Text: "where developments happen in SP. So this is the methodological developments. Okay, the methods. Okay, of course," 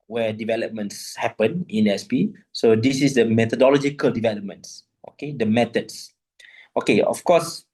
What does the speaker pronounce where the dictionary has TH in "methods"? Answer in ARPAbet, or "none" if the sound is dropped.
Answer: T